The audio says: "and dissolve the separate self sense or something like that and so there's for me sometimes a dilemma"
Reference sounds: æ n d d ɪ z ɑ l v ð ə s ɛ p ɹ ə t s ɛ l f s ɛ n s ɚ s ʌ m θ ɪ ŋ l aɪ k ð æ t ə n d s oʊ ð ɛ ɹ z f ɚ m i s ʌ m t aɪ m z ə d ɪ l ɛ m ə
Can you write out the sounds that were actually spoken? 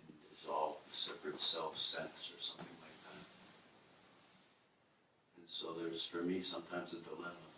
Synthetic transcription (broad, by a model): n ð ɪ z ɑ l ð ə s ɛ p ɹ ə t s ɛ l f s ɛ n s ɚ s ʌ m θ ɪ ŋ l aɪ k ð æ t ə n s oʊ ð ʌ ɹ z f ɚ m i s ʌ m t aɪ m z ə d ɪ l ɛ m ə